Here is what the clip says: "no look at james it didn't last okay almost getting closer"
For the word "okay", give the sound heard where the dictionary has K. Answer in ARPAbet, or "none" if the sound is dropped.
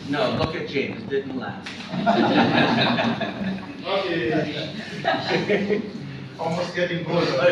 none